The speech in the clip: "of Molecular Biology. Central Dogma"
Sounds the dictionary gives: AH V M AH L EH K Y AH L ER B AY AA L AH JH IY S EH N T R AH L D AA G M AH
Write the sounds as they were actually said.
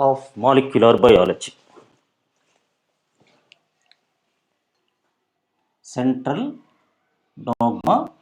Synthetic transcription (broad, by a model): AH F M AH L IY K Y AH L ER B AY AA L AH CH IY S EH N T R AH L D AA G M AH